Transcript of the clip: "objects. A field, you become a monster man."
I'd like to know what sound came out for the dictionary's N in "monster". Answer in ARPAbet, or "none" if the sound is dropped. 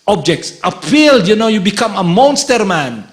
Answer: N